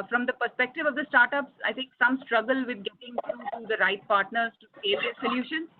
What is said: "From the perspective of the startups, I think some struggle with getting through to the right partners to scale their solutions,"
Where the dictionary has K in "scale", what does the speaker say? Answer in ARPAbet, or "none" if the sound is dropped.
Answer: none